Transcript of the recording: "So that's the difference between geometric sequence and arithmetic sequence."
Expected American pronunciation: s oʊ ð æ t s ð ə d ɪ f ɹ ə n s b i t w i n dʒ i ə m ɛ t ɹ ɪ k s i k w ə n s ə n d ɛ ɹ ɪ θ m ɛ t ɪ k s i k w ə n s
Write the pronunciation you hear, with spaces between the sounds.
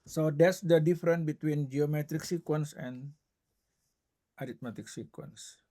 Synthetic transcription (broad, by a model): s oʊ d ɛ t s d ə d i f ɹ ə n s b i t w i n dʒ i ə m ɛ t ɹ ɪ k s i k w ə n s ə n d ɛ ɹ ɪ t m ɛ t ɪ k s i k w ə n s